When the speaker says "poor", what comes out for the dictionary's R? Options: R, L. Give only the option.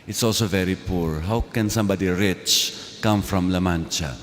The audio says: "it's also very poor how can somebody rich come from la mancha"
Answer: R